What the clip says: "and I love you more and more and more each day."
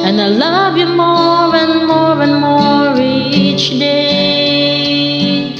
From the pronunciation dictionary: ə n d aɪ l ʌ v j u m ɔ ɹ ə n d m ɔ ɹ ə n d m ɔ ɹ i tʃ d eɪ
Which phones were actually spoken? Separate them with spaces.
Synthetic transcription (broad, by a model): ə n aɪ l ʌ v j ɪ m ɔ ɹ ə n m ɔ ɹ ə n m ɔ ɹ i tʃ d eɪ